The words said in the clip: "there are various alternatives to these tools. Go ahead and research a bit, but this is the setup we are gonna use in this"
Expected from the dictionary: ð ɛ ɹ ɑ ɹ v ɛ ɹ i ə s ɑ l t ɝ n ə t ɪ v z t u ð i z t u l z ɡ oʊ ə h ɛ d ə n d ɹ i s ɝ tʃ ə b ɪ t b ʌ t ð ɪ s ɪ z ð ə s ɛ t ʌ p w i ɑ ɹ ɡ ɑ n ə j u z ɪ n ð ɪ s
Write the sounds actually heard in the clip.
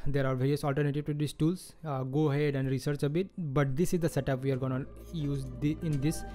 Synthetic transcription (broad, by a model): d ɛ ɹ ɑ ɹ v ɛ ɹ i ə s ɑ l t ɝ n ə t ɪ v t u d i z t u l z ɡ oʊ ə h ɛ d ə n d ɹ i s ɝ tʃ ə b ɪ t b ʌ t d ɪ s ɪ z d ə s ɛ t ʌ p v i ɑ ɹ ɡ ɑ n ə j u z ɪ n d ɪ s